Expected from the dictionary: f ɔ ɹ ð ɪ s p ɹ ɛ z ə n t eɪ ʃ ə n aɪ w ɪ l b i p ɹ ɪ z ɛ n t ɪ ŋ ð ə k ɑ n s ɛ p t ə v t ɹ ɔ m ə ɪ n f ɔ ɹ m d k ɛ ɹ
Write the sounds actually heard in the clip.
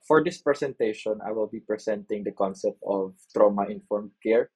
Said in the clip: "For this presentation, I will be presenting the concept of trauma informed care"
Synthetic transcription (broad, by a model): f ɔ ɹ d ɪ s p ɹ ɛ s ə n t eɪ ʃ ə n aɪ w ɪ l b i p ɹ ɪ s ɛ n t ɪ ŋ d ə k ɑ n s ɛ p t ə v t ɹ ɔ m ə ɪ n f ɔ ɹ m d k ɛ ɹ